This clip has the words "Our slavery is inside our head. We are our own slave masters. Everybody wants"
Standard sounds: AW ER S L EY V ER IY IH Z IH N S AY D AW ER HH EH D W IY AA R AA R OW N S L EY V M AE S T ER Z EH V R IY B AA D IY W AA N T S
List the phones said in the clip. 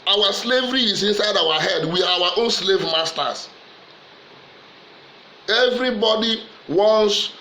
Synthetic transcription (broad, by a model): AW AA S L EY V ER IY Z IH N S AY D AW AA HH EH D W IY AA W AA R OW N S L EY V M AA S T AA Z EH V R IY B AA D IY W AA N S